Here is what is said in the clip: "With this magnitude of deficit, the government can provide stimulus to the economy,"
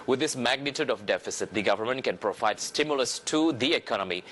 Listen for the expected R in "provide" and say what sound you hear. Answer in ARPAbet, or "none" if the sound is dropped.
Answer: R